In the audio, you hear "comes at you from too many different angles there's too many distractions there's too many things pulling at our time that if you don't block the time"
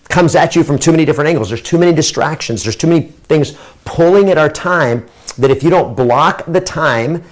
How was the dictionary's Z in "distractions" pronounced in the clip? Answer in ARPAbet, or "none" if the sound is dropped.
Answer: Z